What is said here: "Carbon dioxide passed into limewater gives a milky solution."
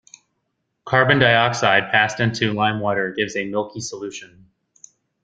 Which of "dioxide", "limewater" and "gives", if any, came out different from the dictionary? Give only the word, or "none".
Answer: none